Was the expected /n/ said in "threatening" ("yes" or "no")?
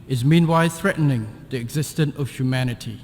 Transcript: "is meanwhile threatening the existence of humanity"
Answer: yes